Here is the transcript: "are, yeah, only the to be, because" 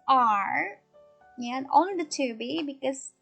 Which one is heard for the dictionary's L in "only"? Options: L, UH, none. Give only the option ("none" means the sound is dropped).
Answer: none